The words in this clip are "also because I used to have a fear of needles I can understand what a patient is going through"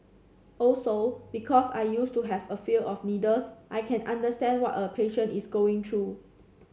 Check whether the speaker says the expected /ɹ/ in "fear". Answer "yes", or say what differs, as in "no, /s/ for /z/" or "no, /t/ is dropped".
no, /l/ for /ɹ/